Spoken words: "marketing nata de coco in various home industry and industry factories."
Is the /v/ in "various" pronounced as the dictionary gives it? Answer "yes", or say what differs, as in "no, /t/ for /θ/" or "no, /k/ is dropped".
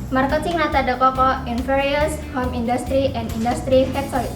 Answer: no, /f/ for /v/